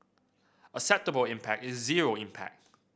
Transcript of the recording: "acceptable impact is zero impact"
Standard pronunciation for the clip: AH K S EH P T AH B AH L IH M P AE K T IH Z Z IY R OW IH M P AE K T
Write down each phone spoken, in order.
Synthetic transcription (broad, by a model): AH S EH P T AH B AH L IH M P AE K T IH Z Z IY R OW IH M P AE K T